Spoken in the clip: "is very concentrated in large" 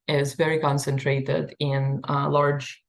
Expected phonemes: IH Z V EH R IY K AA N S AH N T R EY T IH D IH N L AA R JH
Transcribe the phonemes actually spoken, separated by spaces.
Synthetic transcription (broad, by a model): IH Z V EH R IY K AA N S AH N T R EY T IH D IH N L AA R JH